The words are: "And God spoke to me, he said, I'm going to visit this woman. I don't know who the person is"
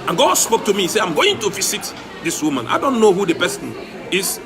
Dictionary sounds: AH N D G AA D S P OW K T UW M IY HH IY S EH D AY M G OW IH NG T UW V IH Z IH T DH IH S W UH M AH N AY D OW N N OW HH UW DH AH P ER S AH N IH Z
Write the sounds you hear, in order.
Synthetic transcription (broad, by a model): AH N G AA D S P OW K T UW M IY IY S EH AY M G OW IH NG T UW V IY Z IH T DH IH S W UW M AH N AY D OW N N OW HH UW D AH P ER S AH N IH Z